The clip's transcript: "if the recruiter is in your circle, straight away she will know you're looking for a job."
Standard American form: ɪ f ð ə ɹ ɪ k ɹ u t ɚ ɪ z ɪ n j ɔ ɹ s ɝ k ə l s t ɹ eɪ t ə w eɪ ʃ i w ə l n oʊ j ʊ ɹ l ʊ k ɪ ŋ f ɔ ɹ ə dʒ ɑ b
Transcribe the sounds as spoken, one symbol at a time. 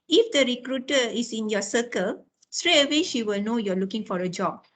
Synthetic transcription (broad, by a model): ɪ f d ə ɹ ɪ k ɹ u t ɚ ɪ s ɪ n j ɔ s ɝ k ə l s t ɹ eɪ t ə w eɪ ʃ i w ə l n oʊ j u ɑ l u k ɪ ŋ f ɔ ɹ ə dʒ ɑ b